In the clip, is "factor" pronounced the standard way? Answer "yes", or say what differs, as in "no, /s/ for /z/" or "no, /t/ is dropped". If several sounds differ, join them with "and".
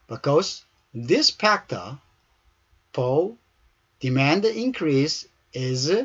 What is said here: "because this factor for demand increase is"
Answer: no, /p/ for /f/